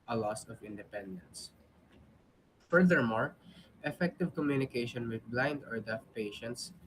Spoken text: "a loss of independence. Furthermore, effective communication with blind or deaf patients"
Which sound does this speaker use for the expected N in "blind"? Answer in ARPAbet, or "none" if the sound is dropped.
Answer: N